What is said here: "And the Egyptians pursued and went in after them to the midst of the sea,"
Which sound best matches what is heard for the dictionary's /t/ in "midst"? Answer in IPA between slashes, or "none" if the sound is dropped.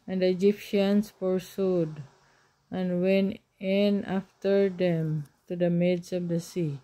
none